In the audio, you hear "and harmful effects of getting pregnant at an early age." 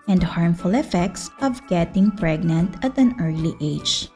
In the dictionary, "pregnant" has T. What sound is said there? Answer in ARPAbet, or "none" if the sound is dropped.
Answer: T